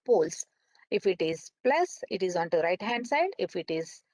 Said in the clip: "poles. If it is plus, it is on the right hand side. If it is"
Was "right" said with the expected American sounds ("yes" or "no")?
yes